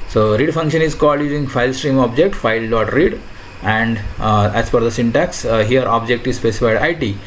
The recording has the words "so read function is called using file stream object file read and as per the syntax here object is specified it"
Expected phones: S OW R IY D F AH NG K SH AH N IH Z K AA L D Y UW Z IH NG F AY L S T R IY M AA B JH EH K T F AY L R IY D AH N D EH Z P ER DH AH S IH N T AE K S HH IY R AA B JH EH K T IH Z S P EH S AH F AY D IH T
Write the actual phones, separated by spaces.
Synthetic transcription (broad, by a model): S OW R IY D F AH NG K SH AH N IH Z K AA L D Y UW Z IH NG F AY L S T R IY M AA B JH EH K T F AY L R IY D AH N D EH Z F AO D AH S IH N T AE K S HH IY R AA B JH EH K T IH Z S P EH S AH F AY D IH T